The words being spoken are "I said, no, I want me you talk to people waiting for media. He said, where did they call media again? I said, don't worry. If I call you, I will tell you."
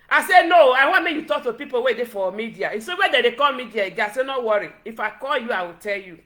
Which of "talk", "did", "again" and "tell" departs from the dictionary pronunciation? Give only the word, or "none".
again